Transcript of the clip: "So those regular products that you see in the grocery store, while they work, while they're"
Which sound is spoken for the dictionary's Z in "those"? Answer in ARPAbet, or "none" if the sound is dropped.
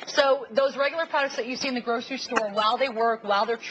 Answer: Z